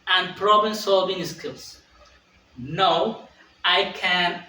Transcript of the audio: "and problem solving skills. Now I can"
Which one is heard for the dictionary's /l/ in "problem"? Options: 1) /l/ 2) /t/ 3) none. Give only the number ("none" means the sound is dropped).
3